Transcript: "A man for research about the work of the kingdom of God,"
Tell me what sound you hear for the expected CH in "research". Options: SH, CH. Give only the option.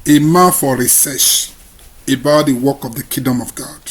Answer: SH